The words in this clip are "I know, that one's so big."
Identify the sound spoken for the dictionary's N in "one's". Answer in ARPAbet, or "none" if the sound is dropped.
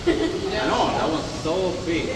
none